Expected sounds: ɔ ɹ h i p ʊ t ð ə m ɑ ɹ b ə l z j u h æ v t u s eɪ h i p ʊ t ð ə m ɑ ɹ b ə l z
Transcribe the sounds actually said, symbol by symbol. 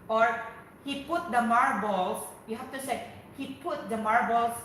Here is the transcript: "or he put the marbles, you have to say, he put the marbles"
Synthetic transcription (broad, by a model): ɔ ɹ h i p ʊ t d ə m ɑ ɹ b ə l s j u h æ f t u s eɪ h i p ʊ t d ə m ɑ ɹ b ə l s